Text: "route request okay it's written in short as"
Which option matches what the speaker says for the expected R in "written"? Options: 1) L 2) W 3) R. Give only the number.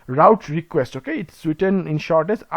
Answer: 2